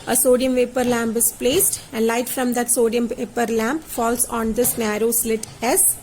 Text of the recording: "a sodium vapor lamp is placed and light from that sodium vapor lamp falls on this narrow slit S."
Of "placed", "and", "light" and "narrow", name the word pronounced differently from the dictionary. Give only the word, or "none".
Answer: none